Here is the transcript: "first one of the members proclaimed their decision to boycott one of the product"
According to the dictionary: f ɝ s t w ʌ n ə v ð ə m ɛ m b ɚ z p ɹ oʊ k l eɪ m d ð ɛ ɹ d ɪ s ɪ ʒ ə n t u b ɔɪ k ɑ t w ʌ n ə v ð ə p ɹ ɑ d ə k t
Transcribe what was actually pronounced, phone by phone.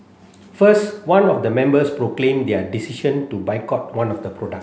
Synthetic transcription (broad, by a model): f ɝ s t w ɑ n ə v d ə m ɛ m b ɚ s p ɹ oʊ k l eɪ m d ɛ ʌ d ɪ s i ʃ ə n t u b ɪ k ɑ t w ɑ n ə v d ə p ɹ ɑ d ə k